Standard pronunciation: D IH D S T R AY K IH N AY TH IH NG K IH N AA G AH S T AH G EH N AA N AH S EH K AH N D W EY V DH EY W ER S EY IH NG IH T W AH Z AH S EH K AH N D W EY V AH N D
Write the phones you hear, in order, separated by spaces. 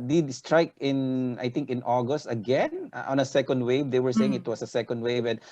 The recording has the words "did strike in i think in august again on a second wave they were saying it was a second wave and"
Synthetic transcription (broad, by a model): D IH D S T R AY K IH N AY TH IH NG K IH N AA G AH S T AH G EH N AA N AH S EH K AH N D W EY V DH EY W ER S EY IH NG IH T W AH S AH S EH K AH N D W EY V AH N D